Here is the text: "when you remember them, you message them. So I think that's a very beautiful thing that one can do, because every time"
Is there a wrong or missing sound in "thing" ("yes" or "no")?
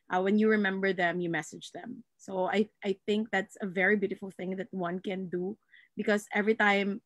no